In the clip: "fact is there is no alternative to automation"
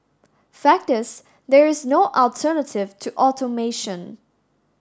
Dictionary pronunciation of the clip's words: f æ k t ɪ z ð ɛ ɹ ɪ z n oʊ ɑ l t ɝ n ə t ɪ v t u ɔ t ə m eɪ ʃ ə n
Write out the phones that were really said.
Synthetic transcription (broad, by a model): f æ k t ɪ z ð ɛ ɹ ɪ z n oʊ ɑ l t ɝ n ə t ɪ v t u ɔ t ə m eɪ ʃ ə n